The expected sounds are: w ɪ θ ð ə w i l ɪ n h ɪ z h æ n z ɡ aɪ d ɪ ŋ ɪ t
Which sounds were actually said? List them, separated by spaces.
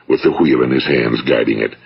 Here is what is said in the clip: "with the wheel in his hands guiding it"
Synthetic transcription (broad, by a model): w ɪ ð ə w i l ɪ n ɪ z h æ n z ɡ aɪ d ɪ ŋ ɪ t